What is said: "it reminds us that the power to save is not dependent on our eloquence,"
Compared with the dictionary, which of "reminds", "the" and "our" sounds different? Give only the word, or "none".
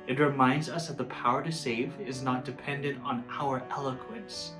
none